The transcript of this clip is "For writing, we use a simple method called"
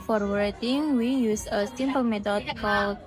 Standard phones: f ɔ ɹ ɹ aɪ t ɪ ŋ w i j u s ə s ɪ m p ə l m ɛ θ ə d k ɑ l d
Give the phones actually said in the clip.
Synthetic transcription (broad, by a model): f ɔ ɹ w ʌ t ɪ ŋ w i j u s ə s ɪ m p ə l m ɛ t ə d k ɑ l